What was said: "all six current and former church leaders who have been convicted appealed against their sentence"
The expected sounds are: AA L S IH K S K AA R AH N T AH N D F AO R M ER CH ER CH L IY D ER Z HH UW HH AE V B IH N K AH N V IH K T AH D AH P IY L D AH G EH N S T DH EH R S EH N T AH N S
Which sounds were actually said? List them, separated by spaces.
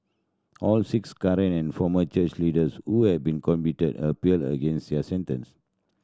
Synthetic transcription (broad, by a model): AA L S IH K S K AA R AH N AH N F AO M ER CH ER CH L IY D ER S HH UW HH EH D B IH N K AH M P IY T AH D AH P IY L D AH G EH N S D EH S EH N T AH N S